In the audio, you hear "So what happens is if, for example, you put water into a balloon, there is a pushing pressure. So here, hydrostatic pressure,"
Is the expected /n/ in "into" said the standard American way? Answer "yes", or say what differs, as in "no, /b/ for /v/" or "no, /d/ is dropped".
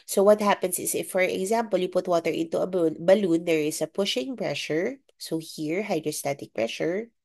yes